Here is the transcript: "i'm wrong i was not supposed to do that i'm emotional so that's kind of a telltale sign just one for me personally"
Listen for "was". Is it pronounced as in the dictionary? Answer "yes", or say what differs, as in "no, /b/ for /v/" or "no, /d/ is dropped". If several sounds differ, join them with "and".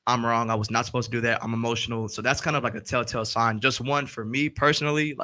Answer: yes